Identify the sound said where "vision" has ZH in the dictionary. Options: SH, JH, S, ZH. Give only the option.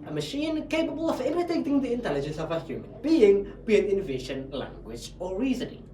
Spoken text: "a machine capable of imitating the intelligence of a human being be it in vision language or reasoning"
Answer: SH